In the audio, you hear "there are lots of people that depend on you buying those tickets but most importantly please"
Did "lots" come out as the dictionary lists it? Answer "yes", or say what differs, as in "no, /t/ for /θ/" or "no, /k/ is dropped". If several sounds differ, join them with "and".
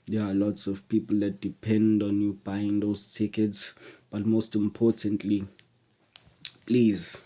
yes